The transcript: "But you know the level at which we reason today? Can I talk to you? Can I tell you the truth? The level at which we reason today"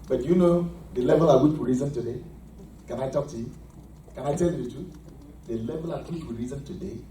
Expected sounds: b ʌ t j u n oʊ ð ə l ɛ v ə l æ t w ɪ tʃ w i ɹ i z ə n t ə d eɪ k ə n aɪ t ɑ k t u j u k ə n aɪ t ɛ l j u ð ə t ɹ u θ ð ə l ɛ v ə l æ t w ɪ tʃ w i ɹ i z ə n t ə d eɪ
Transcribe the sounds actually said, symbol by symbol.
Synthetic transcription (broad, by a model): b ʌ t j u n oʊ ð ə l ɛ v ə l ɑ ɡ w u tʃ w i ɹ i z ə n t ə d eɪ k ə n aɪ t ɑ k t u j u k ə n aɪ t ɛ l j u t u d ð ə l ɛ v ə l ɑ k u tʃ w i ɹ i z ə n t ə d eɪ